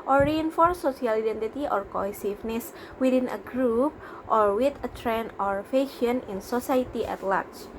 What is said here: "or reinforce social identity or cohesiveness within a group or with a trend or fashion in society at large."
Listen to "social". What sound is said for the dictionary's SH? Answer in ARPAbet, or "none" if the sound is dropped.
none